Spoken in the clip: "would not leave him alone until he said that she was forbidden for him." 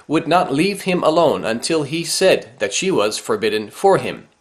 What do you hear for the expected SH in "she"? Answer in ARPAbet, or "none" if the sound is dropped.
SH